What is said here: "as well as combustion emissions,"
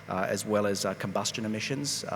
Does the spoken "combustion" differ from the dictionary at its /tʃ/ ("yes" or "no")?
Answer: no